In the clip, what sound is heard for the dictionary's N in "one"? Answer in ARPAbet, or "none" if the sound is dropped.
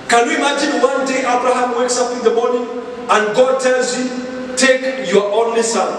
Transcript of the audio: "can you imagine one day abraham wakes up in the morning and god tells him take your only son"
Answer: N